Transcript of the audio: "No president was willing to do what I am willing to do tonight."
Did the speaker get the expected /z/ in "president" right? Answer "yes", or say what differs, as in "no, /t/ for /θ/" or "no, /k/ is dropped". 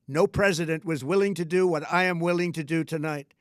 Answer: yes